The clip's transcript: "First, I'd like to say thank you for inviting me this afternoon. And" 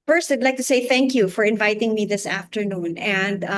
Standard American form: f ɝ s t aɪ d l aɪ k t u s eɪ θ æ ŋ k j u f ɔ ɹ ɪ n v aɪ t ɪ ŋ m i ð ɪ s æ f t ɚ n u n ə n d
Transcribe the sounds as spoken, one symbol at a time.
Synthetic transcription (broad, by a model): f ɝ s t aɪ d l aɪ k t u s eɪ θ æ ŋ k j u f ɔ ɹ ɪ n v aɪ t ɪ ŋ m i ð ɪ s æ f t ɚ n u n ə n d